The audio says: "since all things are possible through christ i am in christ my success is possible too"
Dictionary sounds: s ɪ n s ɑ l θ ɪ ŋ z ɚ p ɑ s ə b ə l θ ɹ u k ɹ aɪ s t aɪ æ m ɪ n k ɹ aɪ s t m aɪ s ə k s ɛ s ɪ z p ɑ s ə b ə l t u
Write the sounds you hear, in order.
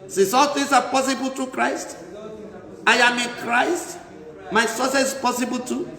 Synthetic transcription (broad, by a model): s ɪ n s ɑ l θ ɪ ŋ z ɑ p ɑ s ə b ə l t ɹ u k ɹ aɪ s t aɪ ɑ m ɪ n k ɹ aɪ s t m aɪ s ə s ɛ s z p ɑ s ə b ə l t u